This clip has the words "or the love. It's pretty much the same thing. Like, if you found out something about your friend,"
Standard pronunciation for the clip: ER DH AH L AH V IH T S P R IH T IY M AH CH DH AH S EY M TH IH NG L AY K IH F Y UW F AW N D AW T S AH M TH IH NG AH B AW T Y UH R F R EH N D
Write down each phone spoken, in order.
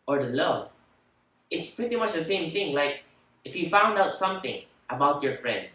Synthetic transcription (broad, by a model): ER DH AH L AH IH T S P R IH T IY M AH CH DH AH S EY M TH IH NG L AY K IH F Y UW F AW N D AW T S AH M TH IH NG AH B AW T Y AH R F R EH N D